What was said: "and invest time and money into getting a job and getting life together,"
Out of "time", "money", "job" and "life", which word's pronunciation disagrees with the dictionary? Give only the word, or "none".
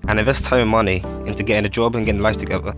time